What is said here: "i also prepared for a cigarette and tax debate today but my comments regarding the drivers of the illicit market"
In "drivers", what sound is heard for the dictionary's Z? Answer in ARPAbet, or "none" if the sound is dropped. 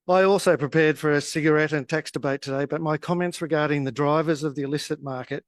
Z